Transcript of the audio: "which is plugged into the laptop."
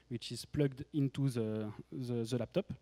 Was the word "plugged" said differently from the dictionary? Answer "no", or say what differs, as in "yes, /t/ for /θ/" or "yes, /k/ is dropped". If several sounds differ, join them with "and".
no